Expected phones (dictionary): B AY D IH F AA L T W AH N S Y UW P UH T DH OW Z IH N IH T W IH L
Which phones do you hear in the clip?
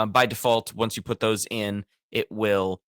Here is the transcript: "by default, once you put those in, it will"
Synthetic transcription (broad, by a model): B AY D IH F AA L T W AH N S Y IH P UH T DH OW Z IH N IH T W IH L